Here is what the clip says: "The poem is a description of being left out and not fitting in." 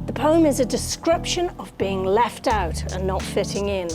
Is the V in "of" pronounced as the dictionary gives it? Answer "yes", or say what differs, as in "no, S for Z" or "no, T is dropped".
yes